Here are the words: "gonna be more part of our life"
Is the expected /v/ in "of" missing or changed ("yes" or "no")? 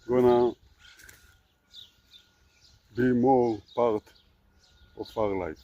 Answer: yes